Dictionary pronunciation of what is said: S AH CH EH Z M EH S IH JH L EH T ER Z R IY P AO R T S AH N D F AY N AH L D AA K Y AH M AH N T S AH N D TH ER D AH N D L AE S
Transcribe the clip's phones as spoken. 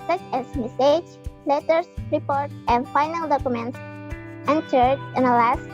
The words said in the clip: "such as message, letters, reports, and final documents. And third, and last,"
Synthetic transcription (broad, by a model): S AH CH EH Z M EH S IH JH L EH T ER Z R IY P AO R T AH N D F AY N AH L D AA K Y AH M AH N T S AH N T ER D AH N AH L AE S